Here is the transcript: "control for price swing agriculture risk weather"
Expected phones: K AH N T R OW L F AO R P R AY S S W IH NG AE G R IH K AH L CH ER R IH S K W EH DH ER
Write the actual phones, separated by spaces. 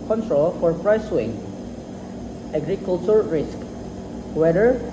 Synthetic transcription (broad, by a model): K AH N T R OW L F AO R P R AY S S W IH NG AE G R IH K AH L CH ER R IH S K W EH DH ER